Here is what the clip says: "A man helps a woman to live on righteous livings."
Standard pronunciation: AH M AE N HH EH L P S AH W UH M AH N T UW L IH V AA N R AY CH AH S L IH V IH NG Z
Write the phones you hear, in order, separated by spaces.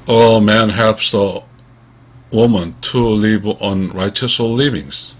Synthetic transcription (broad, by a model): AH M AE N HH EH P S AH W UH M AH N T UW L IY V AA N R AY CH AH S L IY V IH NG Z